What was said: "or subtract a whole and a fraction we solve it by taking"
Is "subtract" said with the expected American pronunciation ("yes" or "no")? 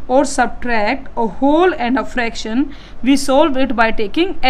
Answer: yes